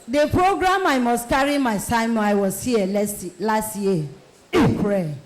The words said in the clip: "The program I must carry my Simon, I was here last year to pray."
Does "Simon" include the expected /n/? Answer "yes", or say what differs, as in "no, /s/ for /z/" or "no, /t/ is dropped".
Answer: no, /n/ is dropped